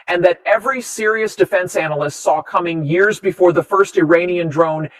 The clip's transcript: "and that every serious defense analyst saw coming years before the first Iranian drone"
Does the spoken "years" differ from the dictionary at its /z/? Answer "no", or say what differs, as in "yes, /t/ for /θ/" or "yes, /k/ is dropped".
no